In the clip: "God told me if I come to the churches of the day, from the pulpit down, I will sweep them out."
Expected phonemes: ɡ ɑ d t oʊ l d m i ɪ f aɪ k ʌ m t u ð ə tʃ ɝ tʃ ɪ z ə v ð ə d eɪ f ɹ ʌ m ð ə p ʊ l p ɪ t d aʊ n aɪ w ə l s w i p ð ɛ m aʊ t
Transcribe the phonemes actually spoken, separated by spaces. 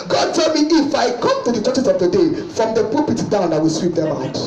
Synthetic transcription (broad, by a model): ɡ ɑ d t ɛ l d m i ɪ f aɪ k ʌ m t u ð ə tʃ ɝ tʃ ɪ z ə v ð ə d eɪ f ɹ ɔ m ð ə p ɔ p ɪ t d aʊ n aɪ w ə l s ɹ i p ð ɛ m aʊ t